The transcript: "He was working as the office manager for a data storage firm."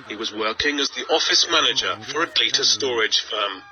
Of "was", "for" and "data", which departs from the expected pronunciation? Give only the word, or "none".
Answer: none